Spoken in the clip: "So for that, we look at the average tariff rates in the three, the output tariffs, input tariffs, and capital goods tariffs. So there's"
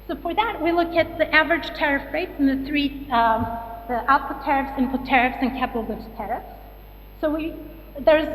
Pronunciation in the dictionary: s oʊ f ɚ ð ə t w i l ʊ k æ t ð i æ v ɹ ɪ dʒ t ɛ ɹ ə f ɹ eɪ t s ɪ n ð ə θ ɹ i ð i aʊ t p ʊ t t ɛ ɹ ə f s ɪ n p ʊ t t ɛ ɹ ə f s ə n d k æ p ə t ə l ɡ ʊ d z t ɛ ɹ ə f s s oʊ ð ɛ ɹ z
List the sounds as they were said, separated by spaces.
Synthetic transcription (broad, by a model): s oʊ f ɚ ð ə t w i l ʊ k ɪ t ð i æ v ɹ ɪ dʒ t ɛ ɹ ə f ɹ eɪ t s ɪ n ð ə θ ɹ i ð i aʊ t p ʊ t t ɛ ɹ ə f s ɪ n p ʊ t t ɛ ɹ ə f s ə n k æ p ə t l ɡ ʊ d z t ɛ ɹ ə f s s oʊ ð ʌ ɹ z